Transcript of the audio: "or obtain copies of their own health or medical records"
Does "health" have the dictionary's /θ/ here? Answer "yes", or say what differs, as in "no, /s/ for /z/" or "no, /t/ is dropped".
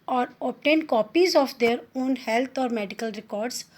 no, /t/ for /θ/